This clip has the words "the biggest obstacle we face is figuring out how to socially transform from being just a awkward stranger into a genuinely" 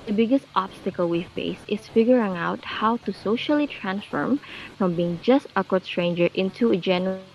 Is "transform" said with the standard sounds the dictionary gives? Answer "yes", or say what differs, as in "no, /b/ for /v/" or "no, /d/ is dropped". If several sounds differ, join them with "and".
yes